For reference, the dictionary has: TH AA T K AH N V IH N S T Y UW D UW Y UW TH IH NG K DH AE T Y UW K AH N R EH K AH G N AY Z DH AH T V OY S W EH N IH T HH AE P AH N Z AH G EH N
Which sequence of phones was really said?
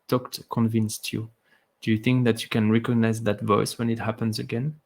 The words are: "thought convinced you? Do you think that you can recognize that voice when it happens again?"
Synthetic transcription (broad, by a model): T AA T K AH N V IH N S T Y UW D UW Y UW TH IH NG K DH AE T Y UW K AH N R EH K AH G N AY Z DH AH T V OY S W EH N IH T HH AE P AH N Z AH G EH N